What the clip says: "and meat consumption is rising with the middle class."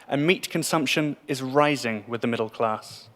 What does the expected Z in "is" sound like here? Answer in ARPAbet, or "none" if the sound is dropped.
Z